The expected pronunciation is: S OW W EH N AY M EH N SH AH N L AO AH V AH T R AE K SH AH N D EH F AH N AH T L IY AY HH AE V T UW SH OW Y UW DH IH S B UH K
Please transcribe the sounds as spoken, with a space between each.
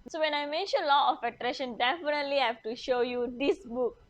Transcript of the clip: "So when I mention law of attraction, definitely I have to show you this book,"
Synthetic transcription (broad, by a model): S OW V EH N AY M EH N SH AH N L AO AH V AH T R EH SH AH N D EH F AH N AH T L IY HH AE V T UW SH OW Y UW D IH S B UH K